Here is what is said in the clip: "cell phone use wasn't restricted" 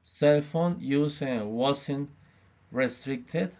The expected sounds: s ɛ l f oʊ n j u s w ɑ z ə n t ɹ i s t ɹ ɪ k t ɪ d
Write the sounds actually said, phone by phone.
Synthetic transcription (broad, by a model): s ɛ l f oʊ n j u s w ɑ s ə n ɹ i s t ɹ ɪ k t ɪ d